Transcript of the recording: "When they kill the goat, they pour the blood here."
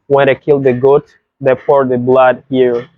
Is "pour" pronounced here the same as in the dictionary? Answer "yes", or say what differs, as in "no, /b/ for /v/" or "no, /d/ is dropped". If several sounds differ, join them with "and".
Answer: no, /f/ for /p/